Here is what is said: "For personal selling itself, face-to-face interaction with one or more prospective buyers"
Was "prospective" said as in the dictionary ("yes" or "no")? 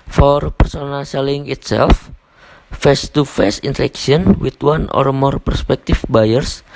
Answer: no